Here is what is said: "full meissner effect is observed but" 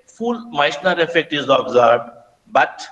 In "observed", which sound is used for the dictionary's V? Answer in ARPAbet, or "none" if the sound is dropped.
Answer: B